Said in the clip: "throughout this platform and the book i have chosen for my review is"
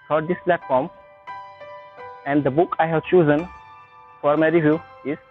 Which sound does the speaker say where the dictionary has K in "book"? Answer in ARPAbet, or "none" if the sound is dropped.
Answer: K